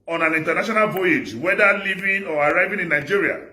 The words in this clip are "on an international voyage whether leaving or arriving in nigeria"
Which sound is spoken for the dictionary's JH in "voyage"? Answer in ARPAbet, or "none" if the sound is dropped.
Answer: JH